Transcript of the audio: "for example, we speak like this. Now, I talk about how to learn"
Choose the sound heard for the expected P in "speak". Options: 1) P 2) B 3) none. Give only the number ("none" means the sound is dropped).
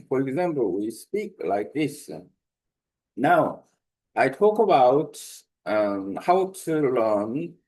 1